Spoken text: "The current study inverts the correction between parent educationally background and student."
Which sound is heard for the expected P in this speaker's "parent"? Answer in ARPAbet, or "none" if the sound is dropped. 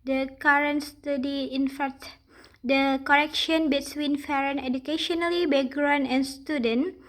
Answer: F